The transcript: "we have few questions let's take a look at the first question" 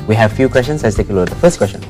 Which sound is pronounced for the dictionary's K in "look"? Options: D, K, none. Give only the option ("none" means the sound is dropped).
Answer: none